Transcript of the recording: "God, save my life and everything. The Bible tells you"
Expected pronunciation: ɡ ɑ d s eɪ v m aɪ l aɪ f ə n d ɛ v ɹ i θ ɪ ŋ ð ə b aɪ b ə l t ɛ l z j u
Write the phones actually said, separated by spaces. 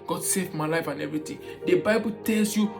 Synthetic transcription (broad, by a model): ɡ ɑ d s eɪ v m aɪ l aɪ f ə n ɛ v ɹ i t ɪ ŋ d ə b aɪ b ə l t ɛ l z j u